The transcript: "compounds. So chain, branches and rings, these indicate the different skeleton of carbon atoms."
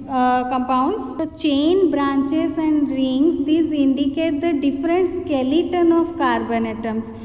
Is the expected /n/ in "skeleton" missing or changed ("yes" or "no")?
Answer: no